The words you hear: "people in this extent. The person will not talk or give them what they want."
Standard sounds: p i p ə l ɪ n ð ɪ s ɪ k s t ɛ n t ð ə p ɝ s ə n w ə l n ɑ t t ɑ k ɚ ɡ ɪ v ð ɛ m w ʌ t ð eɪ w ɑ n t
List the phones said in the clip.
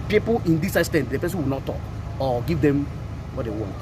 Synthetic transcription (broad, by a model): p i p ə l ɪ n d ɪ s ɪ s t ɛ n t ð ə p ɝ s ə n w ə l n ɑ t t ɑ k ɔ ɡ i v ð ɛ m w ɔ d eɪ w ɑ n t